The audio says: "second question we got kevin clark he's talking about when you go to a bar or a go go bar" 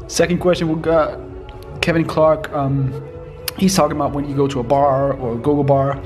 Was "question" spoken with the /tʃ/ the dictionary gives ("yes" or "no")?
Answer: yes